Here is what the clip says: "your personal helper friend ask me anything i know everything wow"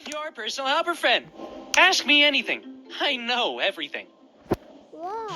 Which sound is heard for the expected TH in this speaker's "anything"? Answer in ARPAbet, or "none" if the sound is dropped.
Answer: TH